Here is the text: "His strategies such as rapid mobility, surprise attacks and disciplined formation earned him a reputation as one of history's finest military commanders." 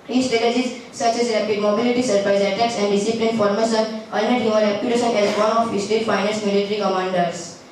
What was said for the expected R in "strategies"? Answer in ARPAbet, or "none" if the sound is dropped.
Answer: none